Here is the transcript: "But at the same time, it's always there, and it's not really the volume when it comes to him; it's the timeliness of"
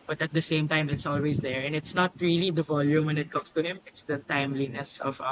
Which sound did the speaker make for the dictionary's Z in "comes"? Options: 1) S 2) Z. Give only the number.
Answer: 1